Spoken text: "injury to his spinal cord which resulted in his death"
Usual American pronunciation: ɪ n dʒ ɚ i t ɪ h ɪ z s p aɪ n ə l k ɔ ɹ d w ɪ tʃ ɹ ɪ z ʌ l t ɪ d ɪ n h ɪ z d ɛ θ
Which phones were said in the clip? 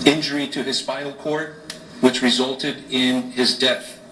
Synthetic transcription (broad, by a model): ɪ n dʒ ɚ i t ɪ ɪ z s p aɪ ə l k ɔ ɹ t w ɪ tʃ ɹ ɪ z ʌ l t ɪ d ɪ n ɪ z d ɛ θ